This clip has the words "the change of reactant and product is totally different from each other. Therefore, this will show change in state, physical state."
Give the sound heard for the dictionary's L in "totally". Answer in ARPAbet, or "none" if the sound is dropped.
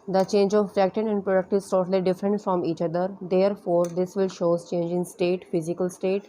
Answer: L